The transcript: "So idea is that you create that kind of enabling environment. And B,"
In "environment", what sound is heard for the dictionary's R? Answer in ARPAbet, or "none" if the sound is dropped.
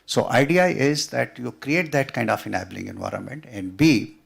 R